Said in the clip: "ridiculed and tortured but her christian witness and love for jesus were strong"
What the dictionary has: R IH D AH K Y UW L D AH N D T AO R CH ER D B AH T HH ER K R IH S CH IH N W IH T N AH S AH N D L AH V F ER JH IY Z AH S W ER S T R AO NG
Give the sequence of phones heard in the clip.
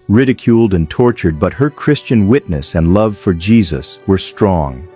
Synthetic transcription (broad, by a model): R IH D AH K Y UW L D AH N T AO R CH ER D B AH T HH ER K R IH S CH IH N W IH T N AH S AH N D L AH V F ER JH IY Z AH S W ER S T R AO NG